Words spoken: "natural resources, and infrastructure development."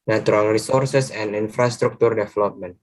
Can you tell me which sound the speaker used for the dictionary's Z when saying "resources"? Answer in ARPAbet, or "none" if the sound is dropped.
S